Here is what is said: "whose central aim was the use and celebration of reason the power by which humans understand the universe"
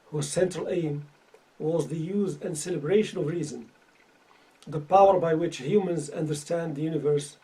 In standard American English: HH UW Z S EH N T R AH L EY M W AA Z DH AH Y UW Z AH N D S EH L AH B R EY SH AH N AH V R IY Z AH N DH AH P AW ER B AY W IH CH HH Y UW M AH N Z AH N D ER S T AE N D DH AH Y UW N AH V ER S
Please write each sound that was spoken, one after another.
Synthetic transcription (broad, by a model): HH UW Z S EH N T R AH L EY M W AA Z DH AH Y UW Z AH N D S EH L AH B R EY SH AH N AH V R IY Z AH N DH AH P AW ER B AY W IH CH HH Y UW M AH N Z AH N D ER S T AE N D DH AH Y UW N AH V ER S